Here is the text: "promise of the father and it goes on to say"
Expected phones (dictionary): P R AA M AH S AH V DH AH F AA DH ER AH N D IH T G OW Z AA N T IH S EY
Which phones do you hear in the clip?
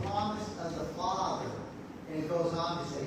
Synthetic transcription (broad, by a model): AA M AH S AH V DH AH F AA DH ER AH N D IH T G OW Z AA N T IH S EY